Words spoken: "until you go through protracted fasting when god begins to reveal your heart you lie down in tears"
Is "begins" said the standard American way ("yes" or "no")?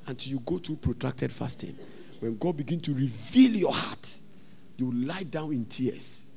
no